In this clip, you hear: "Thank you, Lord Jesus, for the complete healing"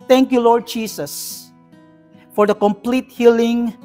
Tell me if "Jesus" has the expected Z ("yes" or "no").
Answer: no